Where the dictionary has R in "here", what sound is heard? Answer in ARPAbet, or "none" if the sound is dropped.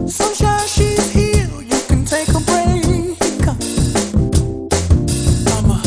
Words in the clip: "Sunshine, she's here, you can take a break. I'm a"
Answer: L